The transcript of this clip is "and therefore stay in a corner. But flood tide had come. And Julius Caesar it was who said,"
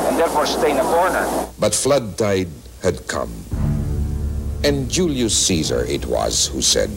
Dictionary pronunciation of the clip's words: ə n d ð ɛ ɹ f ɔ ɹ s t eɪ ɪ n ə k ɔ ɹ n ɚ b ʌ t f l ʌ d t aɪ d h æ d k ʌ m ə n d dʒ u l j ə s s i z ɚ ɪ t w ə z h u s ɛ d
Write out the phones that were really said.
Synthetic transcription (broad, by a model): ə n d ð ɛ ɹ f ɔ ɹ s t eɪ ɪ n ə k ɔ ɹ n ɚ b ʌ t f l ʌ d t aɪ d h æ d k ʌ m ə n dʒ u l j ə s s i z ɚ ɪ t w ə z h u s ɛ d